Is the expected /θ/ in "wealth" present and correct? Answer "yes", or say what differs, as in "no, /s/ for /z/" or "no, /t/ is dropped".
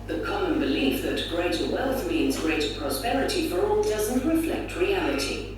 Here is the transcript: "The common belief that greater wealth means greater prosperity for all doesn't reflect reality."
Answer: yes